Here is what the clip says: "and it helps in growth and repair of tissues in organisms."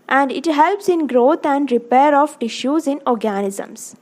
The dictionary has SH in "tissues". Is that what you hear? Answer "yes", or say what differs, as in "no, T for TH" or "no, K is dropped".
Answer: yes